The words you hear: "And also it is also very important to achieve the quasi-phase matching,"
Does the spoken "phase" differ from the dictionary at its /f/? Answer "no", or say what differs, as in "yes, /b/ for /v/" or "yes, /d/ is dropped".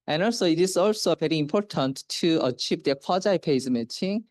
yes, /p/ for /f/